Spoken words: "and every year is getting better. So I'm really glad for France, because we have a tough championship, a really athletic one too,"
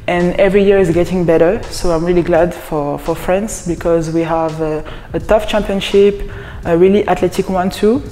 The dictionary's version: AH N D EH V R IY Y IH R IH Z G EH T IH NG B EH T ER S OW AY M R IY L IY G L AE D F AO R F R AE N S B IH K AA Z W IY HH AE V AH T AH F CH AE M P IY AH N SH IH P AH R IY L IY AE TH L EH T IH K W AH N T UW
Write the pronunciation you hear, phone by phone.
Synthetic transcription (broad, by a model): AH N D EH V R IY Y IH R IH Z G EH T IH NG B EH T ER S OW AY M R IY L IY G L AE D F AO R F R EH N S B IH K AA Z W IY HH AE V AH T AH F CH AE M P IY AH N SH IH P AH R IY L IY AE T L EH T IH K W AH N T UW